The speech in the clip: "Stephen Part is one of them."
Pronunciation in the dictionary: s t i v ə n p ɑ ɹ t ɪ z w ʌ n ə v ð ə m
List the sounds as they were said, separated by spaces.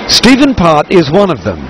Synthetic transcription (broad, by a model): s t i v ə n p ɑ ɹ t ɪ z w ʌ n ə v ð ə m